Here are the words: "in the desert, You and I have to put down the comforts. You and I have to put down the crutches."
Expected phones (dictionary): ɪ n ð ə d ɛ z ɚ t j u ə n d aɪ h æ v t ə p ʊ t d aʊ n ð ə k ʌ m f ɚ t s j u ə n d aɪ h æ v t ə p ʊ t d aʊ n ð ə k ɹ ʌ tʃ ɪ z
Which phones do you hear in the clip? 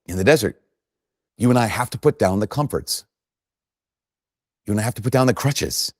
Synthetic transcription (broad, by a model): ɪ n ð ə d ɛ z ɚ t j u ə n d aɪ h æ f t ə p ʊ t d aʊ n ð ə k ʌ m f ɚ t s j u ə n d aɪ h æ f t ə p ʊ t d aʊ n ð ə k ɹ ʌ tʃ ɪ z